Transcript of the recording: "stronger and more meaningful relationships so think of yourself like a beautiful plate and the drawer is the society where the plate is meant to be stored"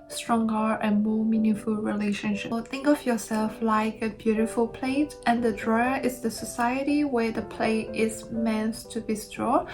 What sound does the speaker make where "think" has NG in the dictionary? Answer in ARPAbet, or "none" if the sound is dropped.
NG